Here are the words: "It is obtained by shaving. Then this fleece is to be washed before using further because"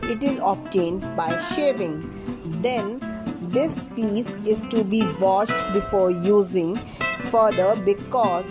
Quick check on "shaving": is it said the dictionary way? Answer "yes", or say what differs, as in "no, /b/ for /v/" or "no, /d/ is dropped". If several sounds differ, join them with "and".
yes